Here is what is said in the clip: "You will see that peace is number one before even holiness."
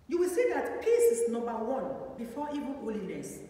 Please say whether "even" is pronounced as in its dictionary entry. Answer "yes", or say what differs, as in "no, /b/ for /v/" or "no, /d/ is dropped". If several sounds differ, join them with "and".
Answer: no, /l/ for /n/